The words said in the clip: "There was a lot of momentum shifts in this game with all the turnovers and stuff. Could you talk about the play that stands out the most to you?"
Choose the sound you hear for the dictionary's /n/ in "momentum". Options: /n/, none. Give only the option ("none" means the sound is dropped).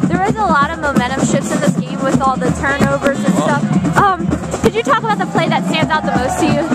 none